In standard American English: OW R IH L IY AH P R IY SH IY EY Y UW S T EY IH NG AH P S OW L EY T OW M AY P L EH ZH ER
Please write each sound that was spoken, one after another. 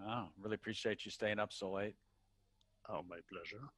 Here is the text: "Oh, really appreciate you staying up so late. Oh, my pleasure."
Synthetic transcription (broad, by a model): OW R IH L IY AH P R IY SH IY EY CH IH S T EY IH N AH P S OW L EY T OW M AY P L EH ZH ER